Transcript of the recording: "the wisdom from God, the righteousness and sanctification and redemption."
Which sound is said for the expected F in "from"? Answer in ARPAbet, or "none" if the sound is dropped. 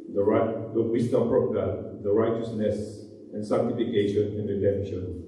P